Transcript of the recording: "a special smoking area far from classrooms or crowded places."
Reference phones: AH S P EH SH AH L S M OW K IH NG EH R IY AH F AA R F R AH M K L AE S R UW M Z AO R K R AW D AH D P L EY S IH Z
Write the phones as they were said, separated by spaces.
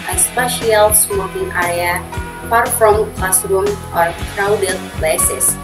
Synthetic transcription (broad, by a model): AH S P EH SH AH L S M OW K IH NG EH R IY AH P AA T F R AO M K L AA S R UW M AO R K R AW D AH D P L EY S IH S